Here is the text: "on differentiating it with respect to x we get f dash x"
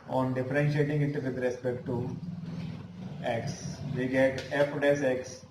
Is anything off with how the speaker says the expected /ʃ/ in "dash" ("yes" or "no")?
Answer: yes